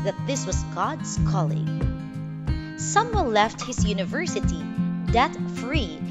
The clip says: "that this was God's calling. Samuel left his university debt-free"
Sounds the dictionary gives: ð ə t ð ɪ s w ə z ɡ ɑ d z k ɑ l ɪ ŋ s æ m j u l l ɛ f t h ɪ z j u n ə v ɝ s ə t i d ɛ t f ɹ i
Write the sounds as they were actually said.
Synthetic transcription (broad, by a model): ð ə t ð ɪ s w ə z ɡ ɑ d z k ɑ l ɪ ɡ s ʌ m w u n l ɛ f t h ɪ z j u n ə v ɝ s ə t i d ɛ t f ɹ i